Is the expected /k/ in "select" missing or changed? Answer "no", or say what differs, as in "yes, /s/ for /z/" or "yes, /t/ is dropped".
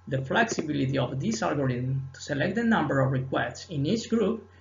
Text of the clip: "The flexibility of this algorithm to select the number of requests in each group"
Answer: no